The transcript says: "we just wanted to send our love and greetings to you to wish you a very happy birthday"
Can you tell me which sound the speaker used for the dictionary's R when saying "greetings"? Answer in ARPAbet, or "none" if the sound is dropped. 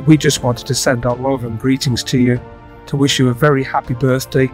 R